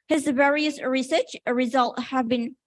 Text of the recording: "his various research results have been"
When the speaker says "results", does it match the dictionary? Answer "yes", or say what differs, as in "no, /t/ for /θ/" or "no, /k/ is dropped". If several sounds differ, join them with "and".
no, /s/ is dropped